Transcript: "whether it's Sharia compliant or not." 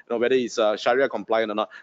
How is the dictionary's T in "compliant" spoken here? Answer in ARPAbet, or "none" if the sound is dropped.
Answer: none